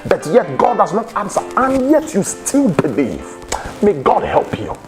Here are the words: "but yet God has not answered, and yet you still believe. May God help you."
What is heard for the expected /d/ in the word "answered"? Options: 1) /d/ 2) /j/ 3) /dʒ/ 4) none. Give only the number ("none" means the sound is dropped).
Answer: 4